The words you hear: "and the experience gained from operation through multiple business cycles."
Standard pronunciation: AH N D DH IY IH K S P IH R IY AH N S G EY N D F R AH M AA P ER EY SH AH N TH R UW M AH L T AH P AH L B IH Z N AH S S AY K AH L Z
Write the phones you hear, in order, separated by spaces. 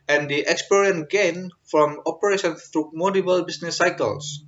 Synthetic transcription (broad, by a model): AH N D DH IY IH K S P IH R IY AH N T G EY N F R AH M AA P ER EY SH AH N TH R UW M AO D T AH B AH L B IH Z N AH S S AY K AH L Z